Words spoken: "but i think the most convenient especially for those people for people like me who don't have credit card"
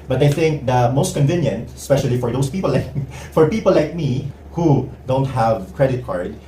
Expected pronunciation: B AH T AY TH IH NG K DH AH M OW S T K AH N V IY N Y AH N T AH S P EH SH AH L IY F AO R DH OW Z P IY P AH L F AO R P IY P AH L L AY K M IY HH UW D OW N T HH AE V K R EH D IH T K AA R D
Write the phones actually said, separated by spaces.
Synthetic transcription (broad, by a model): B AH T AY TH IH NG K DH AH M OW S T K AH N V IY N Y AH N T AH S P EH SH AH L IY F AO R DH OW S P IY P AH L F AO R P IY P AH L L AY K M IY HH UW D OW N T HH AE V K R EH D IH T K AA R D